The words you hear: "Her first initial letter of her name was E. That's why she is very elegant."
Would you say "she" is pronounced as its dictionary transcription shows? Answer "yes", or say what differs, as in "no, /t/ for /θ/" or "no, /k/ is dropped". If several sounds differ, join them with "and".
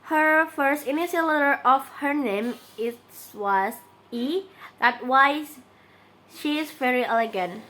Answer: yes